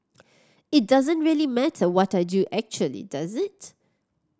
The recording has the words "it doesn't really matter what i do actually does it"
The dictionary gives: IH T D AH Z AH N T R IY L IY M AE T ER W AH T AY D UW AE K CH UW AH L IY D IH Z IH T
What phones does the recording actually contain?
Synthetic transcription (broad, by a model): IH T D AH Z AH N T R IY L IY M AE T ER W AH T AY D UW AE K CH UW AH L IY D IH Z IH T